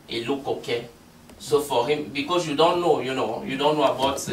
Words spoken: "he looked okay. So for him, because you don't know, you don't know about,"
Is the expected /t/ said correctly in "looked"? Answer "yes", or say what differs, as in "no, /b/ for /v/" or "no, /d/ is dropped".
no, /t/ is dropped